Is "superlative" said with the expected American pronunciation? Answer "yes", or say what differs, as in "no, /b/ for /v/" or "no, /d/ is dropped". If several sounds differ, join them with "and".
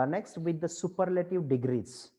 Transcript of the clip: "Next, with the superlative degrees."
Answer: yes